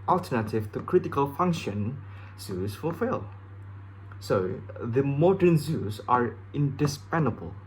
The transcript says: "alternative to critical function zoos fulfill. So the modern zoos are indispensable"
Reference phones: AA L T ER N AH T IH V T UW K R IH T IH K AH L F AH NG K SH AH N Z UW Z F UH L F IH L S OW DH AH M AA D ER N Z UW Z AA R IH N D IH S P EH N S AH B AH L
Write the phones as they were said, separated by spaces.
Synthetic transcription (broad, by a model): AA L T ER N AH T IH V T UW K R IH T IH K AH L F AH NG K SH AH N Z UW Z F UH L F IH L S OW DH AH M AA D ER N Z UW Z AA R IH N D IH S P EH N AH B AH L